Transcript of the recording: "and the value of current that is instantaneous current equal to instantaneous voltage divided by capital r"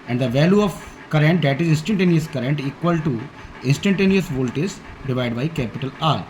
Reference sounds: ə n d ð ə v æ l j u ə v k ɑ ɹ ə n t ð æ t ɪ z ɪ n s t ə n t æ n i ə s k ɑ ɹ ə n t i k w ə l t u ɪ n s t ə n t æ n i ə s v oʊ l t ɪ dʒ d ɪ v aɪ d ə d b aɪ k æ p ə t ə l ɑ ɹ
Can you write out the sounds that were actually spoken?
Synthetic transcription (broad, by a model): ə n d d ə v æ l j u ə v k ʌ ɹ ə n t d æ t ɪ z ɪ n s t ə n t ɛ n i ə s k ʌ ɹ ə n t i k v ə l t u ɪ n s t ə n t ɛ n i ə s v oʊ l t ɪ z d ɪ v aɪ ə d b aɪ k æ p ə t ə l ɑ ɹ